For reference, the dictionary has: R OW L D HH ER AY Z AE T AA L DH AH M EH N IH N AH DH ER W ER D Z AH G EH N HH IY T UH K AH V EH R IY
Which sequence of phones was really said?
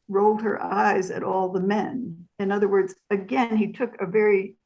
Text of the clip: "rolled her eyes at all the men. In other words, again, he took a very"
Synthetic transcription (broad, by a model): R OW L D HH ER AY Z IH T AA L DH AH M EH N IH N AH DH ER W ER D Z AH G EH N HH IY T UH K AH V EH R IY